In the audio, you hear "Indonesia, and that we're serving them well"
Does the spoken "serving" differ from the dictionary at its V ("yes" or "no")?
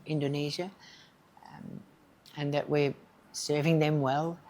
no